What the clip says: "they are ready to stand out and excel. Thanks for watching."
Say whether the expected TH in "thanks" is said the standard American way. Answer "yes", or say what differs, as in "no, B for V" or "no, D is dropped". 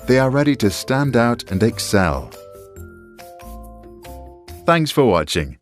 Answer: yes